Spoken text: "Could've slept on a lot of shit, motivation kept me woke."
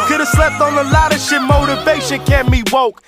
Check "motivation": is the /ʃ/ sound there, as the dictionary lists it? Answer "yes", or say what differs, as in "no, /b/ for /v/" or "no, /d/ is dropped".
yes